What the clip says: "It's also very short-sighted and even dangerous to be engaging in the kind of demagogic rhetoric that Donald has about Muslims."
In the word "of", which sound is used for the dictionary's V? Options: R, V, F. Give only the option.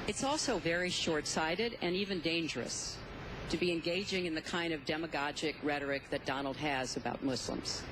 V